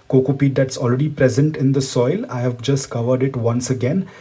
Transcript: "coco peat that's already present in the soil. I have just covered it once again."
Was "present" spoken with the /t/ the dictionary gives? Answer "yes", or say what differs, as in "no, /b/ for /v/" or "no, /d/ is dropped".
yes